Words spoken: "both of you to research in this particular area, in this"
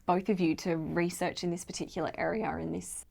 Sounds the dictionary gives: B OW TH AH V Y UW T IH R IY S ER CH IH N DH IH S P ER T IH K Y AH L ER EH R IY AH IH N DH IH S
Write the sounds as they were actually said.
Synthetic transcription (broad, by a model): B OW TH AH V Y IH T IH R IY S ER CH IH N DH IH S P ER T IH K Y L ER EH R IY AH IH N DH IH S